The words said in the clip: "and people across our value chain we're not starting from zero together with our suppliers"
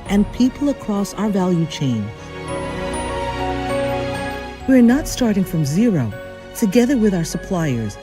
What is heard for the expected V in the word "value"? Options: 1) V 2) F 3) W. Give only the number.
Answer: 1